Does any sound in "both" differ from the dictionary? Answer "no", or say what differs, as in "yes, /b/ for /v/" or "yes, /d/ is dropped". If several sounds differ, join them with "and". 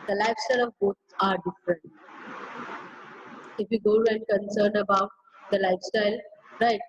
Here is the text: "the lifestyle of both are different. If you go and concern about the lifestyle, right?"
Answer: yes, /s/ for /θ/